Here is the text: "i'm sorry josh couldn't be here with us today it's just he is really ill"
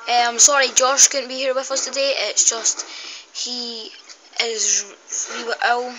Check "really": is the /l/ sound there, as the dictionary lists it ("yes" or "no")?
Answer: no